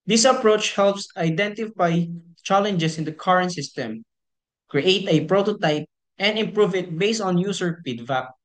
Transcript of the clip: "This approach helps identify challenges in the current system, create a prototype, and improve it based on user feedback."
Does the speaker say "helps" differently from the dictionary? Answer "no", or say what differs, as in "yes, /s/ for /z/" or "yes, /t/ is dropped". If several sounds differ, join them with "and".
no